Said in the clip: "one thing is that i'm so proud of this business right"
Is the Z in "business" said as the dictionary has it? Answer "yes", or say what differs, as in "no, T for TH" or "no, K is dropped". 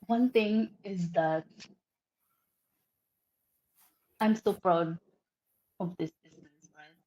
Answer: no, S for Z